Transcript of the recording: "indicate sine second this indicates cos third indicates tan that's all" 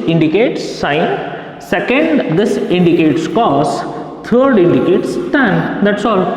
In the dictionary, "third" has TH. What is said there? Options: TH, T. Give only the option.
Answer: T